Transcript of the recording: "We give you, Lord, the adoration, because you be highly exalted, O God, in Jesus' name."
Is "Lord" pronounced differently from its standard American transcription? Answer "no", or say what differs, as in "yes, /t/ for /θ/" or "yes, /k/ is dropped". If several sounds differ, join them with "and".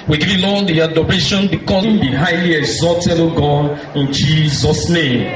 yes, /l/ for /ɹ/